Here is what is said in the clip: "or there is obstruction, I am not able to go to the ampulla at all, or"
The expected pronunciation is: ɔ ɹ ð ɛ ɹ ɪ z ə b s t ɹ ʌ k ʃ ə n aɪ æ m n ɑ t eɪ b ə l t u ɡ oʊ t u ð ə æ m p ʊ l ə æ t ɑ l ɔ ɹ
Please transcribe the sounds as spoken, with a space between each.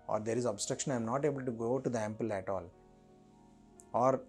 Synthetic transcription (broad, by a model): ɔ ɹ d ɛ ɹ ɪ z ə b s t ɹ ʌ k ʃ ə n aɪ m n ɑ t eɪ b ə l t u ɡ oʊ t u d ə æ m p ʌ l æ t ɑ l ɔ ɹ